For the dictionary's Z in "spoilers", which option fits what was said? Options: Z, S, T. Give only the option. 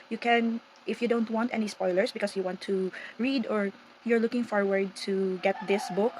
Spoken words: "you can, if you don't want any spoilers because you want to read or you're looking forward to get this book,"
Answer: S